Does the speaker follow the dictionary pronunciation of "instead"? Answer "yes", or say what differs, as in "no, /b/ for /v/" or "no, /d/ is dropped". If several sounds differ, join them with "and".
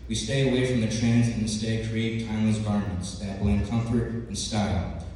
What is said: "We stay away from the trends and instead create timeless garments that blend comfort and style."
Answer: no, /n/ is dropped